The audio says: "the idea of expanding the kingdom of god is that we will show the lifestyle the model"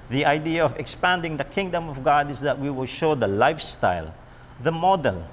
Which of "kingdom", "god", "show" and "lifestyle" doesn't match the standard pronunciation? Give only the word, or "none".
none